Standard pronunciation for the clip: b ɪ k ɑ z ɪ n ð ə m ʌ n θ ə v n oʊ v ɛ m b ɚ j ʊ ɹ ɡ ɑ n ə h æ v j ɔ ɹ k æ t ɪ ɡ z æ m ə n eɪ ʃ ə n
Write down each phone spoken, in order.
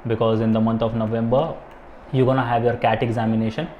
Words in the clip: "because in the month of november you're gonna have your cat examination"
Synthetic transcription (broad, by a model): b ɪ k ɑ z ɪ n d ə m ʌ n t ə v n oʊ v ɛ m b ɚ j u ɡ ɑ n ə h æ v j ɔ ɹ k æ t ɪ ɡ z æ m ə n eɪ ʃ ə n